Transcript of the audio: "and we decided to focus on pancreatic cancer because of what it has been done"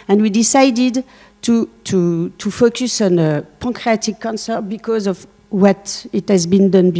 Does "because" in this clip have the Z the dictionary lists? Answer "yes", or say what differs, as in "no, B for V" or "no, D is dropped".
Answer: yes